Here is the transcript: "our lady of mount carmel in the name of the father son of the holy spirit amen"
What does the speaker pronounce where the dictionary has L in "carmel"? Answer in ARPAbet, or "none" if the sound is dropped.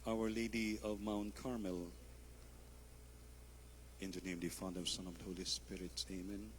L